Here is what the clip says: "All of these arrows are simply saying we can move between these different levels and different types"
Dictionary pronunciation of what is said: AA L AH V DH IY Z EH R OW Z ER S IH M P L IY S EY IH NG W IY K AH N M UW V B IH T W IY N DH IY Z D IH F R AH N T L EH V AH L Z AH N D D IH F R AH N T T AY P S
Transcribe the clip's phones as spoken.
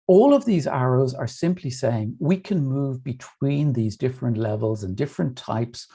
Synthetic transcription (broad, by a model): AA L AH V DH IY Z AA R OW Z ER S IH M P L IY S EY IH NG W IY K AH N M UW V B IH T W IY N DH IY Z D IH F R AH N T L EH V AH L Z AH N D D IH F R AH N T T AY P S